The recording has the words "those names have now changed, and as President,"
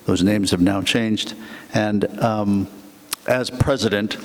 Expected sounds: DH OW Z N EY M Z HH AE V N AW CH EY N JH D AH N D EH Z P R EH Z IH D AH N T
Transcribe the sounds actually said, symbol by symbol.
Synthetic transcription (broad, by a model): DH OW Z N EY M Z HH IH V N AW CH EY N JH D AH N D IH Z P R EH Z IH D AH N T